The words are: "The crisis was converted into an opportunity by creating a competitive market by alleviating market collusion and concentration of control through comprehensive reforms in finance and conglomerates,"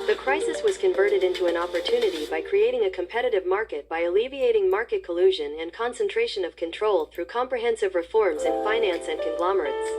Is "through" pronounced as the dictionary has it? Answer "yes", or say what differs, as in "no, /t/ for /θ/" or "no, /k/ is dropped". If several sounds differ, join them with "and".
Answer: yes